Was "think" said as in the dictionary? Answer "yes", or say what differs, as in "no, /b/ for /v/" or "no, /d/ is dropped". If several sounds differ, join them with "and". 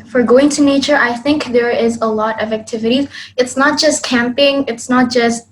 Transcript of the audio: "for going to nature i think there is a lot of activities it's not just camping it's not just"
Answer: yes